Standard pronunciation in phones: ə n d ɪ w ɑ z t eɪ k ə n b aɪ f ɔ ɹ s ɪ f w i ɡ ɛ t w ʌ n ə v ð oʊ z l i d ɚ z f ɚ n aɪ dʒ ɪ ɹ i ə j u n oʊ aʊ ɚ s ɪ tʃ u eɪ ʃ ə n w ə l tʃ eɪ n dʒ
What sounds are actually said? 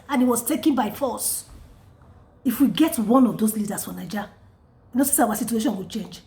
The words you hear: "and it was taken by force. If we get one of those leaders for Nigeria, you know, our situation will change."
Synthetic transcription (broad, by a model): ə n ɪ w ɑ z t eɪ k ə n b aɪ f ɔ s ɪ f w i ɡ ɛ t w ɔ n ə v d oʊ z l i d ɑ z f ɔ n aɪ dʒ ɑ w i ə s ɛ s aʊ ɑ s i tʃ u eɪ ʃ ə n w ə tʃ eɪ n dʒ